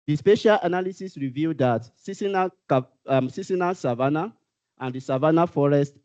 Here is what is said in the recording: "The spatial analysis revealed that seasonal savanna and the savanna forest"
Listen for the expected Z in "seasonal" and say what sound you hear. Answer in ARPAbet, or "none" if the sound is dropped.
S